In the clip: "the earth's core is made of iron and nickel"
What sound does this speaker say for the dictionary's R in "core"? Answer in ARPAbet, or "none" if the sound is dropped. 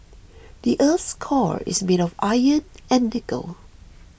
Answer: R